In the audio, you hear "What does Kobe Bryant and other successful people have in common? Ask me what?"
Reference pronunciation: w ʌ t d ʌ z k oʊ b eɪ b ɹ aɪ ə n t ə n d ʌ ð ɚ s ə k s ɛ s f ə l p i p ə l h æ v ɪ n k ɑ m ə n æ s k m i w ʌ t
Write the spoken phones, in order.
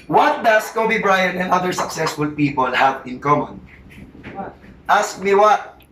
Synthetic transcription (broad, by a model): w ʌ t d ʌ s k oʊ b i b ɹ aɪ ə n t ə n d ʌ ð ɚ s ə k s ɛ s f ə l p i p ə l h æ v ɪ n k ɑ m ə n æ s k m i w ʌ t